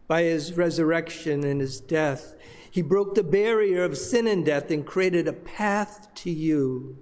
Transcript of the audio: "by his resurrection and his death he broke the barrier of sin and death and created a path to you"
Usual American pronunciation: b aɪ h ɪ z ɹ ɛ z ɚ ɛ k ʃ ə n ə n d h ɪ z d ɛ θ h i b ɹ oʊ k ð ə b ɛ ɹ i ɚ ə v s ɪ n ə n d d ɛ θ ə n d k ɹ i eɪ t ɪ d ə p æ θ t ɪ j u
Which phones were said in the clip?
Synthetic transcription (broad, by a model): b aɪ ɪ z ɹ ɛ z ɚ ɛ k ʃ ə n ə n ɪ z d ɛ θ h i b ɹ oʊ k ð ə b ɛ ɹ i ɚ ə v s ɪ n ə n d d ɛ θ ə n k ɹ i eɪ t ɪ d ə p æ θ t ɪ j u